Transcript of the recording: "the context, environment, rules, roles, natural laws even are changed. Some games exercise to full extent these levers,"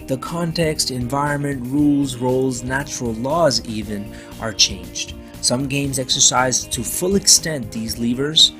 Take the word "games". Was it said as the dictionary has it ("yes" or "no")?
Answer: yes